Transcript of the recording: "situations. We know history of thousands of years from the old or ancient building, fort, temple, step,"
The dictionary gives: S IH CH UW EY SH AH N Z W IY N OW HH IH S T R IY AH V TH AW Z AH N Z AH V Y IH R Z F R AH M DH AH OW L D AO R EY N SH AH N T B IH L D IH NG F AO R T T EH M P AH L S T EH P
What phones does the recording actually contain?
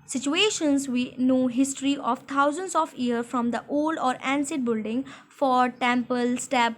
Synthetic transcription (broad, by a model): S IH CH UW EY SH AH N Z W IY N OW HH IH S T R IY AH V T AW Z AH N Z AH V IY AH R F R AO M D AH OW L D AO R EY N S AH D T B IH L D IH NG F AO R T T EH M P AH L S T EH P